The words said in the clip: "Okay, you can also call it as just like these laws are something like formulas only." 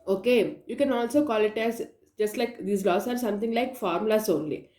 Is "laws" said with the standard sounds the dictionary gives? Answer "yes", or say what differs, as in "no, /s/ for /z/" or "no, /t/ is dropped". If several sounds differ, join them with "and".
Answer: no, /s/ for /z/